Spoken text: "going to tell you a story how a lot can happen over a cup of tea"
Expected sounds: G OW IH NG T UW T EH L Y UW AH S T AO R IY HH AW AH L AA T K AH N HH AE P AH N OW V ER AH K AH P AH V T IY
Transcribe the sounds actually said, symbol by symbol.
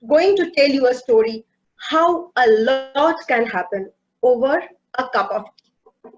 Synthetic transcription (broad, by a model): G OW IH NG T UW T EH L Y UW AH S T AO R IY HH AW AH L AA T K AH N HH AE P AH N OW V ER AH K AH P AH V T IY